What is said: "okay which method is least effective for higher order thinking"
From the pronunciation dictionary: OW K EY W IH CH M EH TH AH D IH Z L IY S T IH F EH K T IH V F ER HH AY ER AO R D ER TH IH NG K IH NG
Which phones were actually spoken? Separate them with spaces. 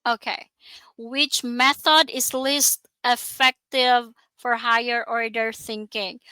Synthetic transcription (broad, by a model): OW K EY W IH CH M EH TH AH D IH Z L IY S T IH F EH K T IH V F ER HH AY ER AO R D ER TH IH NG K IH NG